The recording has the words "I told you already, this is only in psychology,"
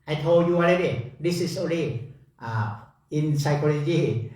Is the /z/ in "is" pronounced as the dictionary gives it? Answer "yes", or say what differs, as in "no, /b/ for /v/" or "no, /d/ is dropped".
no, /s/ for /z/